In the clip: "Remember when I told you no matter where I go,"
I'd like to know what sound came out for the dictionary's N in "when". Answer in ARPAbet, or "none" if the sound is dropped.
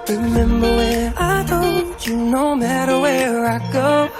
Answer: none